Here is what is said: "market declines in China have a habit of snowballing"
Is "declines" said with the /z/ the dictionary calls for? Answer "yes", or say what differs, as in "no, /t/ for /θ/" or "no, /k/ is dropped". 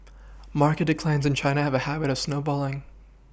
yes